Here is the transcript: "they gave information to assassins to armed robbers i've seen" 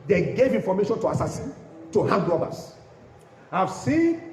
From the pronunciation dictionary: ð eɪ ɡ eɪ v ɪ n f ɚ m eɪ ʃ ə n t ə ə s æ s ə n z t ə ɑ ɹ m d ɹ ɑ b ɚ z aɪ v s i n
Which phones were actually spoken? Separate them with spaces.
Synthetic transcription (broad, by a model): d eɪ ɡ eɪ v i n f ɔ m eɪ ʃ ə n t ə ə s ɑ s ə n t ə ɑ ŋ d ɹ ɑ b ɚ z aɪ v s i n